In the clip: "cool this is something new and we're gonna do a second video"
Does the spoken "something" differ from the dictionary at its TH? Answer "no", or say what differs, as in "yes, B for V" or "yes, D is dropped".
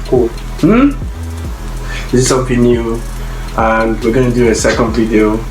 yes, F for TH